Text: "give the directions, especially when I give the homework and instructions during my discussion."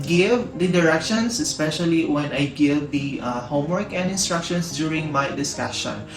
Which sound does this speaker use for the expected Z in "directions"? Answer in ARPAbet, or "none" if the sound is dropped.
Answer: S